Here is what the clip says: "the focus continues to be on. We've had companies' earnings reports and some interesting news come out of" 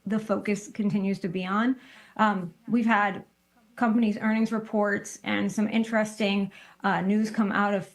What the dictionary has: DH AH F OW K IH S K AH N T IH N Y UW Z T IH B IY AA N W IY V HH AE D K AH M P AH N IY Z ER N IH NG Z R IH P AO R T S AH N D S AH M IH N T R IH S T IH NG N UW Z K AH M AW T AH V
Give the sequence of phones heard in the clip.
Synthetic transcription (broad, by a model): DH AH F OW K IH S K AH N T IH N Y UW Z T IH B IY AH N W IY V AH D K AH M P AH N IY Z ER N IH NG Z R IH P AO R T S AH N S AH M IH N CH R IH S T IH NG N UW Z K AH M AW T AH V